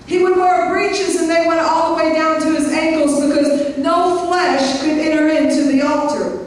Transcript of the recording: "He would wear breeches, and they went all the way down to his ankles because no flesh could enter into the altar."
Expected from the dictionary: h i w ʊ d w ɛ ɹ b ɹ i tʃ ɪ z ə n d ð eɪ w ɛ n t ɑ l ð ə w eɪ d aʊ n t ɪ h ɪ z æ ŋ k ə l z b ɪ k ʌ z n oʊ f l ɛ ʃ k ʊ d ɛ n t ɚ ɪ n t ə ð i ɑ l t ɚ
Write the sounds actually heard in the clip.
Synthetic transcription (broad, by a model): h i w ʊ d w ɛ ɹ b ɹ i tʃ ɪ z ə n ð eɪ w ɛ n t ɑ l ð ə w eɪ d aʊ n t ɪ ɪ z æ ŋ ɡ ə l z b ɪ k ʌ z n oʊ f l ɛ ʃ k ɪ d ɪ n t ɚ ɪ n t ə ð i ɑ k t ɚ